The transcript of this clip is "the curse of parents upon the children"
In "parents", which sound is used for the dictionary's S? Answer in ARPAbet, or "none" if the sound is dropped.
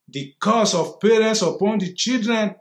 S